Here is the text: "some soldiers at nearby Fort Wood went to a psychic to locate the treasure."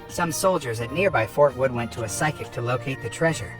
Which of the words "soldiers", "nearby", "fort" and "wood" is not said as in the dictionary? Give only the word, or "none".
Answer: none